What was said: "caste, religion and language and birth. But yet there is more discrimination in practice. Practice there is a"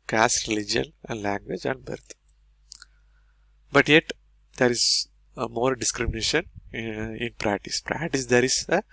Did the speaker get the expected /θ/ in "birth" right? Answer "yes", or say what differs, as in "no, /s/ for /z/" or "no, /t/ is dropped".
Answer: no, /t/ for /θ/